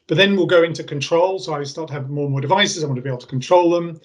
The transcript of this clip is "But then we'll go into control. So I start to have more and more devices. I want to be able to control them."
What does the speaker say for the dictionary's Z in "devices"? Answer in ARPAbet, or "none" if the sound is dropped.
Z